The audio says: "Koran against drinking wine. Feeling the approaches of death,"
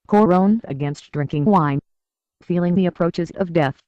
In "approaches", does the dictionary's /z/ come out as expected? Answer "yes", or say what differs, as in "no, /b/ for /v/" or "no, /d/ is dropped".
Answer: yes